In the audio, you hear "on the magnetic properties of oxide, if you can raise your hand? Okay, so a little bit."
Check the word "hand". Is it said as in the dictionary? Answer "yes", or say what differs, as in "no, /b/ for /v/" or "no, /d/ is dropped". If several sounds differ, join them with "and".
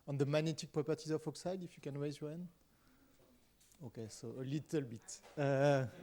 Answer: no, /d/ is dropped